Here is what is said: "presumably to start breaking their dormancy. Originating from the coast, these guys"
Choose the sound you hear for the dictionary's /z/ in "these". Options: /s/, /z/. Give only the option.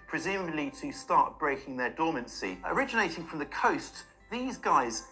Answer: /z/